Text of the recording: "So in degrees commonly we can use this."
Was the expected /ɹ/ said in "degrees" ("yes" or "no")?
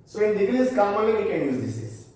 no